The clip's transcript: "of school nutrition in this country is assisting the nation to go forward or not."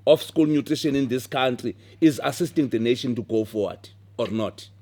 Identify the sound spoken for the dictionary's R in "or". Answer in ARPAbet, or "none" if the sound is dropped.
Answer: R